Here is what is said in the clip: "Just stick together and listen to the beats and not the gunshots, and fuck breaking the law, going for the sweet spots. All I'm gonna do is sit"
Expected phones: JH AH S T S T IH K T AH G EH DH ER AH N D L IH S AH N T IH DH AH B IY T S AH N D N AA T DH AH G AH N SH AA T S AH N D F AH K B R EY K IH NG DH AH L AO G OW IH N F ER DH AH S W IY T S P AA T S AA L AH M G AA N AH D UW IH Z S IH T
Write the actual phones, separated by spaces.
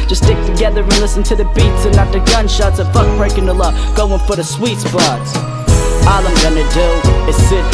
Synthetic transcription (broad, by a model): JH AH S S T IH K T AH G EH DH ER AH L IH S AH N T IH DH AH B IY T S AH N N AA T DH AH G AH N SH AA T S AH F AH K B R EY K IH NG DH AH L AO G OW IH N F ER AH S W IY T S B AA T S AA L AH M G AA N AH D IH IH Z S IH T